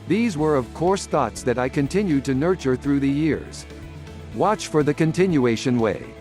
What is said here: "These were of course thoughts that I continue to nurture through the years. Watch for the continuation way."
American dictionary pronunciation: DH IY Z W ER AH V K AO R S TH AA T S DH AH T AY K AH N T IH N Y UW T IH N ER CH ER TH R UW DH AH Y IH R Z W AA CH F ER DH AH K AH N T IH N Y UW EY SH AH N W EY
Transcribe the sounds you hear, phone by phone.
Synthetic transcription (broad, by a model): DH IY Z W ER AH V K AO R S TH AA T S DH AH T AY K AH N T IH N Y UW T IH N ER CH ER TH R UW DH AH Y IH R Z W AA CH F ER DH AH K AH N T IH N Y UW EY SH AH N W EY